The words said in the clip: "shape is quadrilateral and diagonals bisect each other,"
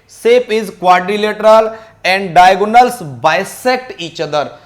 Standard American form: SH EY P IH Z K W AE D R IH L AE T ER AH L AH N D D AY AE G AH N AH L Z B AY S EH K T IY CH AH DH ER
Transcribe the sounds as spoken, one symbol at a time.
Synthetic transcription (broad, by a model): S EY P IH Z K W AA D R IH L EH T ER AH L AH N D D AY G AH N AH L S B AY S EH K T IY CH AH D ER